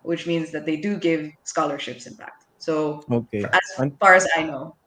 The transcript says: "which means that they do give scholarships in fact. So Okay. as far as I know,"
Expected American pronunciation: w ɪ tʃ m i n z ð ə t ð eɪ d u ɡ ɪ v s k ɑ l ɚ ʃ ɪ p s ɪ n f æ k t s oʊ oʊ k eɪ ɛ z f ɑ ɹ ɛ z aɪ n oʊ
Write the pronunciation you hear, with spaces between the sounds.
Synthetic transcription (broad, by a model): w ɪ tʃ m i n z ð ə t ð eɪ d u ɡ ɪ v s k ɑ l ɚ ʃ ɪ p s ɪ n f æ k t s oʊ oʊ k eɪ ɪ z f ɑ ɹ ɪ z aɪ n oʊ